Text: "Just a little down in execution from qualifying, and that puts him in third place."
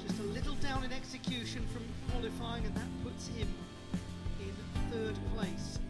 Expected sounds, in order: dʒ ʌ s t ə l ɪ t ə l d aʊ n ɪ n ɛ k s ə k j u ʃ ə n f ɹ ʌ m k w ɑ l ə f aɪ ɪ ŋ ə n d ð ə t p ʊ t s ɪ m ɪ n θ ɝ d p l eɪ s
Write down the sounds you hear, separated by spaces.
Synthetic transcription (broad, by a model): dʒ ʌ s t ə l ɪ t l d aʊ n ɪ n ɛ k s ə k j u ʃ ə n f ɹ ʌ m k w ɑ l ə f aɪ ɪ ŋ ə n ð ə t p ʊ t s ɪ m ɪ n θ ɝ d p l eɪ s